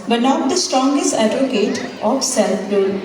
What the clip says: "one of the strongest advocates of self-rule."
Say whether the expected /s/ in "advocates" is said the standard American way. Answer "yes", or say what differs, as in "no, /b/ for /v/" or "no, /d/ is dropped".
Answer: no, /s/ is dropped